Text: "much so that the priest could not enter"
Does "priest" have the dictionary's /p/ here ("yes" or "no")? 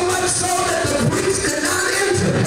no